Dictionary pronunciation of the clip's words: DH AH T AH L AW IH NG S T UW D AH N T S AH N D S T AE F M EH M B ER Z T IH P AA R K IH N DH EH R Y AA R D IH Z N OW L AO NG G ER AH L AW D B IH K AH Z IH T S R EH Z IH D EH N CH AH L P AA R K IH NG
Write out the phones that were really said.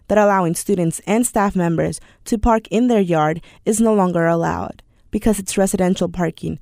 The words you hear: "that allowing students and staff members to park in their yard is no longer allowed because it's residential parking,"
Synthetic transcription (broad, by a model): DH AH T AH L AW IH NG S T UW D N T S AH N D S T AE F M EH M B ER Z T IH P AA R K IH N DH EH R Y AA R D IH Z N OW L AO NG G ER AH L AW D B IH K AH Z IH T S R EH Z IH D EH N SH L P AA R K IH NG